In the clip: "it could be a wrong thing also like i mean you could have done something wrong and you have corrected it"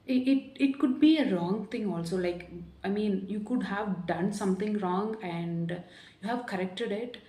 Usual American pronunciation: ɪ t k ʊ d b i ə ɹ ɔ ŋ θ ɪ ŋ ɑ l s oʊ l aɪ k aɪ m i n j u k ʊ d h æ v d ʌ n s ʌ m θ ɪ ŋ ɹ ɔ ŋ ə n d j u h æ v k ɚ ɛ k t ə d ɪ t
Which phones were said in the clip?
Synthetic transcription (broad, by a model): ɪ t k ʊ d b i ə ɹ ɔ ŋ t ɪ ŋ ɑ l s oʊ l aɪ k aɪ m i n j u k ʊ d h æ v d ʌ n s ʌ m t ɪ ŋ ɹ ɔ ŋ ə n d j u h æ v k ɚ ɛ k t ə d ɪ t